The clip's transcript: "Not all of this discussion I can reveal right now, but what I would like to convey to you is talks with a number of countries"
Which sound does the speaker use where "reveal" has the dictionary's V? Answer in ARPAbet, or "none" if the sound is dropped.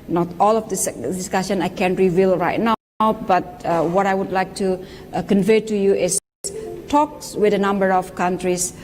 V